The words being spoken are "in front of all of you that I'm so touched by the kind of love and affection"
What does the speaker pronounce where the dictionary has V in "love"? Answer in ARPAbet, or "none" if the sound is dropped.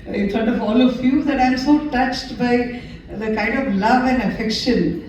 V